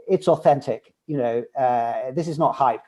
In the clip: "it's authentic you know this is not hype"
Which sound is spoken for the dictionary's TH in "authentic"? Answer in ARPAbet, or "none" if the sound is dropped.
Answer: TH